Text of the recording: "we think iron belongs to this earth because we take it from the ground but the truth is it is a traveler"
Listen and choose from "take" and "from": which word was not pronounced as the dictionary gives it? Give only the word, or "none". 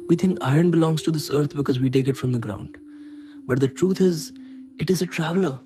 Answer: none